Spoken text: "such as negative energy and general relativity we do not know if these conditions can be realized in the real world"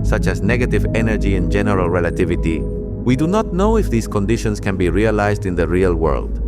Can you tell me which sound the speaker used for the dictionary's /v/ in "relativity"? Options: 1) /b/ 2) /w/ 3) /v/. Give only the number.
3